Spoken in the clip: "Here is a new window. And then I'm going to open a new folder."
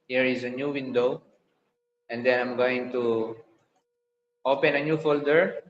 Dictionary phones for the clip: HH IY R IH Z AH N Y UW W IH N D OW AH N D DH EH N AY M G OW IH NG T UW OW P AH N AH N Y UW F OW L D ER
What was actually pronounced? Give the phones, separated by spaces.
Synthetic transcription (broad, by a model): HH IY R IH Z AH N Y UW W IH N D OW AH N D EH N AY M G OW IH NG T UW OW P AH N AH N Y UW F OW L D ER